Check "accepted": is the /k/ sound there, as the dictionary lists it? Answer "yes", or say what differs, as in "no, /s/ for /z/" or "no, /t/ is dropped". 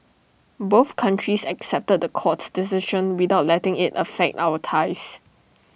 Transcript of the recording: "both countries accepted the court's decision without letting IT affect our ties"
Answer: yes